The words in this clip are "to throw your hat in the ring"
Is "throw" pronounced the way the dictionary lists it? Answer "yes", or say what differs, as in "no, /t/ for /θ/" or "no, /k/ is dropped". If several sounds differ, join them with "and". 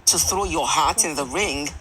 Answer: yes